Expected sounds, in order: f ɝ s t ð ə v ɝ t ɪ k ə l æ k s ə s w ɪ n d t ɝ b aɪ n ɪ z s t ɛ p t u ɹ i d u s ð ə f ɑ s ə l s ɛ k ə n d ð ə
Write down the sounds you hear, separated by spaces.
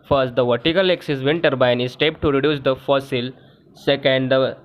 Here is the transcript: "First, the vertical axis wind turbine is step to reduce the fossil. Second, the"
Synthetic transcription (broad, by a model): f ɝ s t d ə v ɝ t ɪ k ə l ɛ k s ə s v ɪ n t ɝ b aɪ n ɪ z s t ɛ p t u ɹ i d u s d ə f ɑ s ə l s ɛ k ə n d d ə